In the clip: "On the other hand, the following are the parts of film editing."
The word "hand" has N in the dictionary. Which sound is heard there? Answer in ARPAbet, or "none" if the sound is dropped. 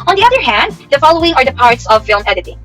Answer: N